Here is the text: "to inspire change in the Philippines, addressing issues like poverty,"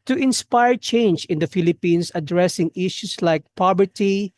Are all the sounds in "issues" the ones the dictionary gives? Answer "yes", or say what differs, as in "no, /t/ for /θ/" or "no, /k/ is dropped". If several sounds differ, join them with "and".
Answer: no, /s/ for /z/